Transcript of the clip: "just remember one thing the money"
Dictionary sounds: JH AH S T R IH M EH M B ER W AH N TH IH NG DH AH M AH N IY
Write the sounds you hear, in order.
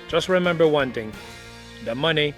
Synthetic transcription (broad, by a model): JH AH S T R IH M EH M B ER W AH N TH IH NG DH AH M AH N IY